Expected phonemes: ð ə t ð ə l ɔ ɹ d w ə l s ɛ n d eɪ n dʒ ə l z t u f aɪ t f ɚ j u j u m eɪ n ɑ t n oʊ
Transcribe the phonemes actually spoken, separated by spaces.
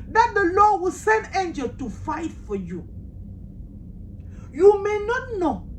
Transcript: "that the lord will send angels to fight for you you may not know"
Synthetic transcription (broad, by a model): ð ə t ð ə l ɔ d w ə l s ɛ n d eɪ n dʒ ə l t u f aɪ t f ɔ j u j u m eɪ n ɑ t n oʊ